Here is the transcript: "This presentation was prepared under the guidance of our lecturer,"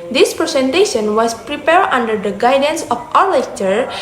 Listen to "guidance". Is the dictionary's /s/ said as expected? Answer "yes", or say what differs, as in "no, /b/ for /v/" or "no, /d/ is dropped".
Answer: yes